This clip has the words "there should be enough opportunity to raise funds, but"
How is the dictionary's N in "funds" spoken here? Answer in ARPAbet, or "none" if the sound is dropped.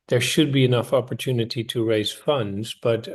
N